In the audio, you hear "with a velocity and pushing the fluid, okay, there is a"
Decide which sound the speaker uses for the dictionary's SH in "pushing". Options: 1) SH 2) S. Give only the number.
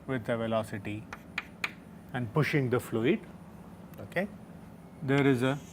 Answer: 1